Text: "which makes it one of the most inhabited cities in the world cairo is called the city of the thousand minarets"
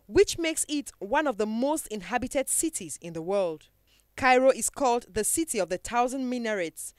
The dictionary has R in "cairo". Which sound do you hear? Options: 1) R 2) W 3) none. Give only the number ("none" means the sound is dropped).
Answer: 1